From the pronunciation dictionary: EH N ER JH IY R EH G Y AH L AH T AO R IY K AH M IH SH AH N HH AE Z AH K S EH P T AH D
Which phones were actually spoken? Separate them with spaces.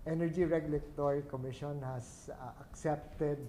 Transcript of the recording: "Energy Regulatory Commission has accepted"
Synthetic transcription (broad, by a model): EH N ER JH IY R EH G Y AH L AH T AO R IY K AH M IH SH AH N HH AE S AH K S EH P T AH D